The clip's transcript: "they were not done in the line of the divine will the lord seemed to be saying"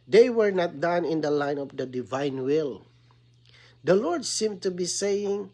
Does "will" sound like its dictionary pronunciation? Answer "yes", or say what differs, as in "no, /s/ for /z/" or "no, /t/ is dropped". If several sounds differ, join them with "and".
yes